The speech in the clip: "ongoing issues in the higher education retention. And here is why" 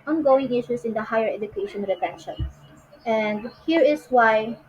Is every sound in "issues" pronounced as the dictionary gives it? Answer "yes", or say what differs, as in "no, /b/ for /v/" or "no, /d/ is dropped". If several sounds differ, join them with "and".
no, /s/ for /z/